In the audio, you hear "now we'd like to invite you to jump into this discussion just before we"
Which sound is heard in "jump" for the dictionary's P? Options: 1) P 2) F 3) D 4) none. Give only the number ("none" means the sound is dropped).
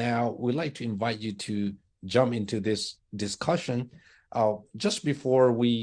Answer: 1